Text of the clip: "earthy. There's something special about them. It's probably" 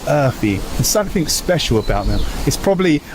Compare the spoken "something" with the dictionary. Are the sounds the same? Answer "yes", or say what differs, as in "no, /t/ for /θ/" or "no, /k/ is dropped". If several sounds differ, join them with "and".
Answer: yes